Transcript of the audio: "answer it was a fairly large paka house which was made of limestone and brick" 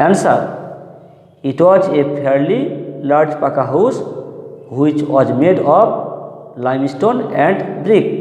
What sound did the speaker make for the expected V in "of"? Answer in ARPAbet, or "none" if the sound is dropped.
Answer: P